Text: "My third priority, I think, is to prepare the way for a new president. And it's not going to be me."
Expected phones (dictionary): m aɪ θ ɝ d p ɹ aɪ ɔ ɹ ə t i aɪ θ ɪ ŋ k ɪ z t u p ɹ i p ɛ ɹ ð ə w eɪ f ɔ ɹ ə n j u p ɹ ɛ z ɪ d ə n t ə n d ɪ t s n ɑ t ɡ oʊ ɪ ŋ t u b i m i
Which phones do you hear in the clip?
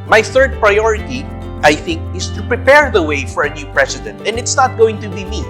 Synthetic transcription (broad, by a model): m aɪ θ ɝ d p ɹ aɪ ɔ ɹ ə t i aɪ θ ɪ ŋ k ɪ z t u p ɹ i p ɛ ɹ ð ə w eɪ f ɔ ɹ ə n j u p ɹ ɛ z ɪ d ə n t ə n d ɪ t s n ɑ t ɡ oʊ ɪ ŋ t u b i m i